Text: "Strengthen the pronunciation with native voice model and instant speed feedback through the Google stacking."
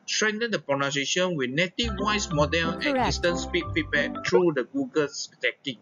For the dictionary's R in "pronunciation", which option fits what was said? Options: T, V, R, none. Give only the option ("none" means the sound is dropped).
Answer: none